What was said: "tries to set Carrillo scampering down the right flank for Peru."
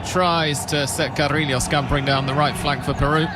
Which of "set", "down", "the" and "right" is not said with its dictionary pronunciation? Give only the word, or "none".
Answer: none